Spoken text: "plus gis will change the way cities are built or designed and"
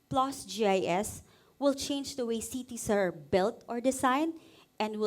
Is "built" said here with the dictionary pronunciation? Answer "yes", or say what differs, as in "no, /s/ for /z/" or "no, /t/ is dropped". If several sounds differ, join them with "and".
yes